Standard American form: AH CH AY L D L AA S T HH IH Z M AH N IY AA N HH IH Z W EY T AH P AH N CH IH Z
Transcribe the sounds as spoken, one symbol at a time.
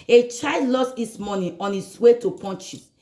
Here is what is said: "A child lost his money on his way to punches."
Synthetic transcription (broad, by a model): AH CH AY D L AA S T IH S M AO N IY AA N HH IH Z W EY T AH P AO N CH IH